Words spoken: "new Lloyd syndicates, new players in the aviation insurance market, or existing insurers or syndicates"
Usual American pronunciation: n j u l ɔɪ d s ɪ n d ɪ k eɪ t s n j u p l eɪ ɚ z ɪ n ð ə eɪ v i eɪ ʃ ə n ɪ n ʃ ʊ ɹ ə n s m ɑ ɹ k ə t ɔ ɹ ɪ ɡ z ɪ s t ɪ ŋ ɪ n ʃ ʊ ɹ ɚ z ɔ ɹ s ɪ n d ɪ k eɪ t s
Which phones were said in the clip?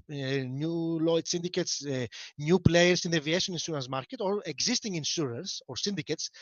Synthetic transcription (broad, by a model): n j u l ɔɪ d s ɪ n d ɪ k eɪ t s n j u p l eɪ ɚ s ɪ n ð eɪ v i eɪ ʃ ə n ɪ n s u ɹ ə n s m ɑ ɹ k ə t ɔ ɹ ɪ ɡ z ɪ s t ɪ ŋ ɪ n s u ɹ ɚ s ɔ ɹ s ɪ n d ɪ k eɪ t s